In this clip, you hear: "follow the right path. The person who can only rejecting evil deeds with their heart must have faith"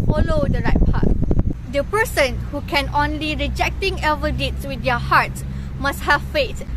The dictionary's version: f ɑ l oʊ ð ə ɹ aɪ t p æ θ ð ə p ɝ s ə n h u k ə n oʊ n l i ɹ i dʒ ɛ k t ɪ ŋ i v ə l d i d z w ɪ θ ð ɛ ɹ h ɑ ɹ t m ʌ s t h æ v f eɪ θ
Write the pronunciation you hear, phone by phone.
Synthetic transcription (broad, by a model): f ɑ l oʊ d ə ɹ aɪ t p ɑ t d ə p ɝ s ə n h u k ə n oʊ n l i ɹ i dʒ ɛ k t ɪ ŋ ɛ v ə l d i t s w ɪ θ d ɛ h ɑ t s m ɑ s t h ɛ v f eɪ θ